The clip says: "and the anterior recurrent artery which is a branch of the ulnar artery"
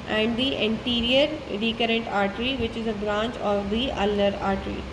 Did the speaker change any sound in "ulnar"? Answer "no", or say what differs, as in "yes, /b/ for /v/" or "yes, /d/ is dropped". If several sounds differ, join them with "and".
yes, /n/ is dropped